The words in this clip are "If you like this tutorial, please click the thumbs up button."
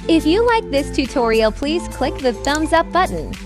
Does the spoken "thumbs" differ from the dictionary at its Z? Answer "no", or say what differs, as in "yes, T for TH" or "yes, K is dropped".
no